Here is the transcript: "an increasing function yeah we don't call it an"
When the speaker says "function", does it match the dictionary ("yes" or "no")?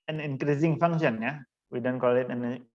no